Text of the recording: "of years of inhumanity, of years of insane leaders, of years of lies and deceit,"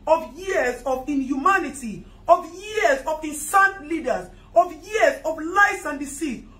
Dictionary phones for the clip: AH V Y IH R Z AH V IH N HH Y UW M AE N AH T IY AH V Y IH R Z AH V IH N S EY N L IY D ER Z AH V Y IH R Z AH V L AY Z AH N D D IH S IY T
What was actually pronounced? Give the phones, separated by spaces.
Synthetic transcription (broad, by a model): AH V Y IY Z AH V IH N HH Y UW M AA N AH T IY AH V Y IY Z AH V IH N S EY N L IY D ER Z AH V Y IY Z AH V L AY S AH N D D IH S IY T